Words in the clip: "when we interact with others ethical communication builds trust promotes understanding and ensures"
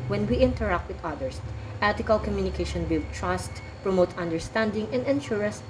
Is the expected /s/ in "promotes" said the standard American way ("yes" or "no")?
no